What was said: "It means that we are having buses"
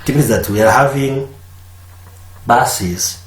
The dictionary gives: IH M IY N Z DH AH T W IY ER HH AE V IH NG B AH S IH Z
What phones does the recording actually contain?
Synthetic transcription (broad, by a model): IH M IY Z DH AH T W IY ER HH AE V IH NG B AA S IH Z